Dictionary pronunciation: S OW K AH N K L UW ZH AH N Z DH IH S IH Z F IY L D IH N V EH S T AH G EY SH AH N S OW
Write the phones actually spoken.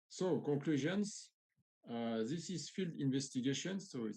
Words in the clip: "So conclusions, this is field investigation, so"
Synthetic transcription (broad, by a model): S OW K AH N K L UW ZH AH N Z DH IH S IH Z F IY L D IH N V EH S T AH G EY SH AH N S OW